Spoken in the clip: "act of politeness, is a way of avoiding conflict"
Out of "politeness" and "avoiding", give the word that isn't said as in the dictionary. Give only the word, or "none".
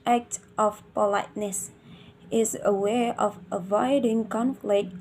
none